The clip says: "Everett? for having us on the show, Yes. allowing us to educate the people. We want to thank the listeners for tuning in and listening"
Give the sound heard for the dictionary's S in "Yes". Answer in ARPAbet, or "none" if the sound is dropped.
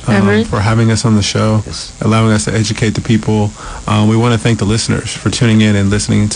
none